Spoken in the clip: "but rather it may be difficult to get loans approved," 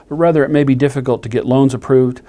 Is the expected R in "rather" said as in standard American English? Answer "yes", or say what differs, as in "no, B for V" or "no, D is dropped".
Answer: yes